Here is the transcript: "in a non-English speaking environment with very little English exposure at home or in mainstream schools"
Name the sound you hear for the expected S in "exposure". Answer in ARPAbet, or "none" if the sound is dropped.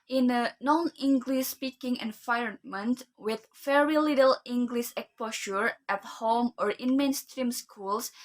none